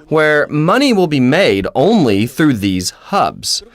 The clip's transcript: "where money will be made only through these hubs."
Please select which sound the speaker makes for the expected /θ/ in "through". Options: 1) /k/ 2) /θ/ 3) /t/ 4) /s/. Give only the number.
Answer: 2